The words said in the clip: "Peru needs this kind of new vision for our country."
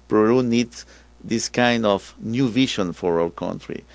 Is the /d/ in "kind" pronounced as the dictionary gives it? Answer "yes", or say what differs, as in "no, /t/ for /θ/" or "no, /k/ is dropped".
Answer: yes